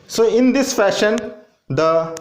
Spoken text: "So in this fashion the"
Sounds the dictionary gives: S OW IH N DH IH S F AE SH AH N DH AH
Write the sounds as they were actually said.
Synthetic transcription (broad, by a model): S OW IH N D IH S F AE SH AH N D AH